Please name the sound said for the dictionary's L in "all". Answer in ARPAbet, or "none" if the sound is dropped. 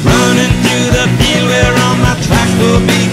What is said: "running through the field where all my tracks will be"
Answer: N